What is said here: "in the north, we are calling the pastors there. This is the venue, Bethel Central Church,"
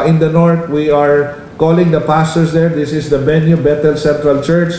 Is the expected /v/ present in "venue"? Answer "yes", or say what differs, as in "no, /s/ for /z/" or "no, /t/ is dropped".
no, /b/ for /v/